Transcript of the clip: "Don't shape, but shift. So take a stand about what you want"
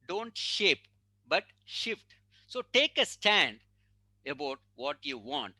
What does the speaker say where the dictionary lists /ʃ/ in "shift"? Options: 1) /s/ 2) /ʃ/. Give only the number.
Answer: 2